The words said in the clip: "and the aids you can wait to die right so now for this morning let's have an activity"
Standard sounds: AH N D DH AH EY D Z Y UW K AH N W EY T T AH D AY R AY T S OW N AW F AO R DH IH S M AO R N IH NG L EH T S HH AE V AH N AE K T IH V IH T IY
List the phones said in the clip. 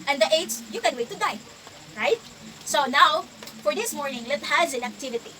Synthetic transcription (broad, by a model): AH N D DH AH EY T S Y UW K AH N W EY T T AH D AY R AY T S OW N AW F AO R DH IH S M AO R N IH NG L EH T HH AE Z AH N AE K T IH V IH T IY